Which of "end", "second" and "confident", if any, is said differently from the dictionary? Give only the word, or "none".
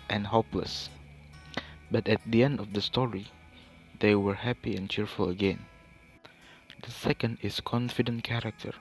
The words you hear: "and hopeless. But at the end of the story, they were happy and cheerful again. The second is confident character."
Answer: none